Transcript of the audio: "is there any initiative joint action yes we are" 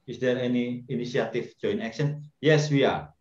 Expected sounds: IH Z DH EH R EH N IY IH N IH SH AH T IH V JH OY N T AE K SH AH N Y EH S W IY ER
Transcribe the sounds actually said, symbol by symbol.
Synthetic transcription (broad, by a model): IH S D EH R EH N IY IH N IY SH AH T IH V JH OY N AE K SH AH N Y EH S W IY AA